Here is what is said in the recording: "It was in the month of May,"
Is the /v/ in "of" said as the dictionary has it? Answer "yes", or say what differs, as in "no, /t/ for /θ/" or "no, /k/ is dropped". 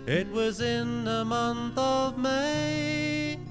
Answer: yes